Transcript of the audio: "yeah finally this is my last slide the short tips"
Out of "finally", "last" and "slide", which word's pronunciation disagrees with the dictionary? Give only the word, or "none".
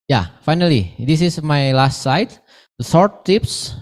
slide